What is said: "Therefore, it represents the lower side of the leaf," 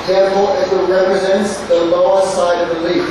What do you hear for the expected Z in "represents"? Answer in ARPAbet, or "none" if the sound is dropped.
Z